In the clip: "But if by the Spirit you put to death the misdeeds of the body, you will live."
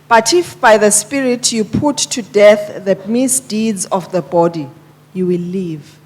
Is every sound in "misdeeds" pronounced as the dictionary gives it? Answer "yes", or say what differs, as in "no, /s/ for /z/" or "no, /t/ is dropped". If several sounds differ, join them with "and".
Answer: yes